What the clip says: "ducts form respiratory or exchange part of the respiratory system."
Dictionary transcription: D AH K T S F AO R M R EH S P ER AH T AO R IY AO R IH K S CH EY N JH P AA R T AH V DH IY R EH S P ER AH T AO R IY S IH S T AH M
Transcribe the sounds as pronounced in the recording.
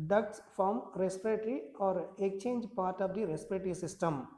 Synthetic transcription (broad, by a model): D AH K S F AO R M R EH S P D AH T R IY AO R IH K CH EY N JH P AA R T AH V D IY R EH S P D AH T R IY S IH S T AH M